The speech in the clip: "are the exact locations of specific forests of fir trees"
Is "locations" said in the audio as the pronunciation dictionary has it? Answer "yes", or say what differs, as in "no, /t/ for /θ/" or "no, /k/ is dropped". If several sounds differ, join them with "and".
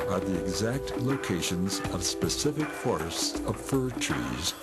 yes